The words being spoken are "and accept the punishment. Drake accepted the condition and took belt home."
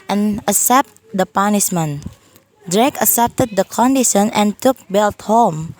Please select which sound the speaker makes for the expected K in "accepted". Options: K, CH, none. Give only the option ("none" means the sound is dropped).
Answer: none